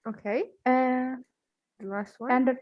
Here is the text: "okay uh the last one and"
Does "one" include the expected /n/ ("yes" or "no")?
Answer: no